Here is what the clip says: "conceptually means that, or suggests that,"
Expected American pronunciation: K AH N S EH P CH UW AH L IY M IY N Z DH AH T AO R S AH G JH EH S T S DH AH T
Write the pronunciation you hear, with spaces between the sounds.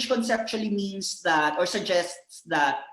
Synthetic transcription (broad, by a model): K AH N S EH P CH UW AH L IY M IY N S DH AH T AO R S AH G JH EH S T S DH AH T